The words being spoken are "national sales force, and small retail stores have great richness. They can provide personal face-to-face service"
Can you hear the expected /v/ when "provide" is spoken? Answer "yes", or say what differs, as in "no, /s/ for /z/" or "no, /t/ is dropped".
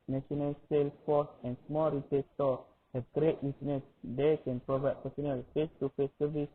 yes